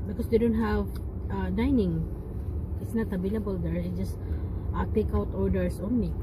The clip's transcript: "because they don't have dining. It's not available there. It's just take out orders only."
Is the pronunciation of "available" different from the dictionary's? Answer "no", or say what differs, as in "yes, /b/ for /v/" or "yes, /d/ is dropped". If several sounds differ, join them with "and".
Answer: yes, /b/ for /v/